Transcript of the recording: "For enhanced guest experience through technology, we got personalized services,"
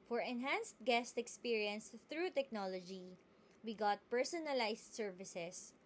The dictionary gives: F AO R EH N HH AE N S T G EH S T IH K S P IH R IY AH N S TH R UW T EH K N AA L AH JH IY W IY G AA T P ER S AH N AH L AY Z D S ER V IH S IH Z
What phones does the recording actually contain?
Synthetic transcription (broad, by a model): F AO R EH N HH AE N S T G EH S T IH K S P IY R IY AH N S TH R UW T EH K N AA L AH JH IY W IY G AA T P ER S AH N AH L AY S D S ER V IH S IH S